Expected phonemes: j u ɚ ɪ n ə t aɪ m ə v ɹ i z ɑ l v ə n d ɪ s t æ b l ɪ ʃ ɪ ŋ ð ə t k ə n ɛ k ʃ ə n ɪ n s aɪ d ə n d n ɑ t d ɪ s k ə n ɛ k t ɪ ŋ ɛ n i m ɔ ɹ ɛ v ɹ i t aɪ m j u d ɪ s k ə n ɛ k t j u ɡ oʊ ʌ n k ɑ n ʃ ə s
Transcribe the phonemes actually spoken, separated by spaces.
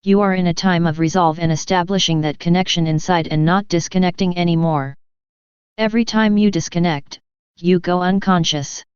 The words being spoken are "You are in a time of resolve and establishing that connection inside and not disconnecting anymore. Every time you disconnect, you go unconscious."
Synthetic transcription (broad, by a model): j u ɚ ɪ n ə t aɪ m ə v ɹ i z ɑ l v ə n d ɪ s t æ b l ɪ ʃ ɪ ŋ ð ə t k ə n ɛ k ʃ ə n ɪ n s aɪ d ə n n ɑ t d ɪ s k ə n ɛ k t ɪ ŋ ɛ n i m ɔ ɹ ɛ v ɹ i t aɪ m j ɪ d ɪ s k ə n ɛ k t j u ɡ oʊ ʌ n k ɑ n ʃ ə s